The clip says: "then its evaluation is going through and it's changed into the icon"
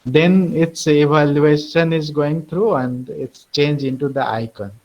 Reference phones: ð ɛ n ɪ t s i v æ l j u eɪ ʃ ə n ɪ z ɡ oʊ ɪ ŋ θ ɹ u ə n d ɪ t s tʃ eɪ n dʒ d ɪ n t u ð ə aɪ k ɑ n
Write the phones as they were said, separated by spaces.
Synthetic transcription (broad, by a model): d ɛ n ɪ t s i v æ l j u eɪ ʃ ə n ɪ z ɡ oʊ ɪ ŋ t ɹ u ə n d ɪ t s tʃ eɪ n dʒ ɪ n t u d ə aɪ k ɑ n